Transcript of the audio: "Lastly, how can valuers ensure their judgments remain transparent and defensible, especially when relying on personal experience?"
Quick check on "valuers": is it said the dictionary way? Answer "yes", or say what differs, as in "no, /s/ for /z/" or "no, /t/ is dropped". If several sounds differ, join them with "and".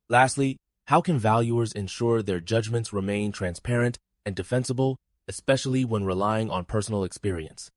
yes